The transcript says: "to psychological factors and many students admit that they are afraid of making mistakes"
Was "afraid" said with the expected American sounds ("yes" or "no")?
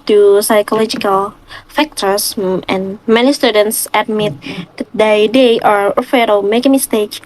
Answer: no